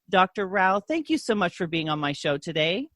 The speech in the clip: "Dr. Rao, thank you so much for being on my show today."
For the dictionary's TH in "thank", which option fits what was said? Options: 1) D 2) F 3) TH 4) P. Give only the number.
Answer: 3